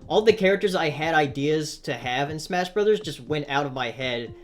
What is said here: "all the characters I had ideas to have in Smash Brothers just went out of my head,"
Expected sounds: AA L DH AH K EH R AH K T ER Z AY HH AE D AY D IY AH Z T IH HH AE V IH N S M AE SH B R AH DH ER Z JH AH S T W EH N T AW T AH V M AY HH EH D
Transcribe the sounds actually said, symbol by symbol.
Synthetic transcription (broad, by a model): AA L DH AH K EH R AH K T ER Z AY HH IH D AY D IY AH Z T IH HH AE V IH N S M AE SH B R AH DH ER Z JH AH S T W EH N T AW T AH V M AY HH EH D